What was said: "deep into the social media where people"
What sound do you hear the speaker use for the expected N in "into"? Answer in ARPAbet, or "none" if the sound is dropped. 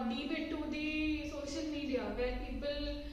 none